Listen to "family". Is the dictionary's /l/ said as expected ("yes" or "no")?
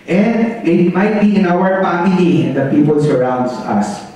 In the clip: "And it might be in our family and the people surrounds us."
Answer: no